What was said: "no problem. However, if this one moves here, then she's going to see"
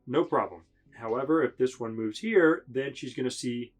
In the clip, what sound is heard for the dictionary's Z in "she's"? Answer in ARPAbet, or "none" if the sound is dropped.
Z